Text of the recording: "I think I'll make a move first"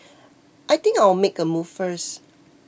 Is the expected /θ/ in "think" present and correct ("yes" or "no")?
no